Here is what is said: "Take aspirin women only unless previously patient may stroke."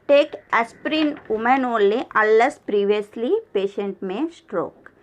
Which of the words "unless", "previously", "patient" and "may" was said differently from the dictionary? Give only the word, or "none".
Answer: unless